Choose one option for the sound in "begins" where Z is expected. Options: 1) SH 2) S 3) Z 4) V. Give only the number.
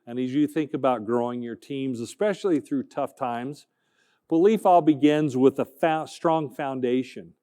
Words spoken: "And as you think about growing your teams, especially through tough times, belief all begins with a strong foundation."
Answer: 3